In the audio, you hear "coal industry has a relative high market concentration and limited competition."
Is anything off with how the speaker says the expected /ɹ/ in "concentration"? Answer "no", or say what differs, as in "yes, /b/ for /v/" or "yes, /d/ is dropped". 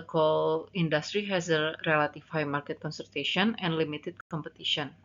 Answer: yes, /ɹ/ is dropped